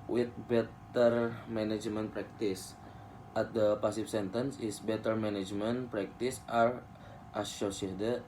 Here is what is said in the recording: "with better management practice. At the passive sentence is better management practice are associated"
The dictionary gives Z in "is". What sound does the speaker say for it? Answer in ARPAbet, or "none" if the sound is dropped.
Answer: S